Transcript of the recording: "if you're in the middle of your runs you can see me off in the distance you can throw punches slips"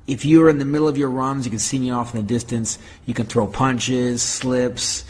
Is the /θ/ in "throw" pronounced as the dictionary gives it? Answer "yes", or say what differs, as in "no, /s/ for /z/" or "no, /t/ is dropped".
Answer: yes